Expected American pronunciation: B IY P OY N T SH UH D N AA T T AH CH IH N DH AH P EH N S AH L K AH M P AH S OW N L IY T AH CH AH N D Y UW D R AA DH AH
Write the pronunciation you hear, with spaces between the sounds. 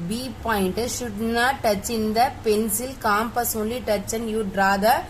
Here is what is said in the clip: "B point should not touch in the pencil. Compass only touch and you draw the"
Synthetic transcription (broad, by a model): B IY P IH N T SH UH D N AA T T AH CH IH N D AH P EH N S AH L K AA M P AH S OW L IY T AH CH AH N Y UW D R AA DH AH